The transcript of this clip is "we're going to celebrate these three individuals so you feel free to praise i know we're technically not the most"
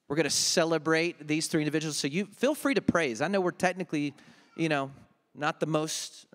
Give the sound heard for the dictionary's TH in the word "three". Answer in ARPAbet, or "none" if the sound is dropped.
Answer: TH